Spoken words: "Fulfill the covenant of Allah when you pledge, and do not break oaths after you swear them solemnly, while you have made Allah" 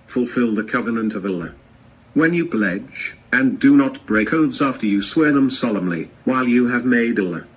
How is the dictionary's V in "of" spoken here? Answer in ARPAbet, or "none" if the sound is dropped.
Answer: V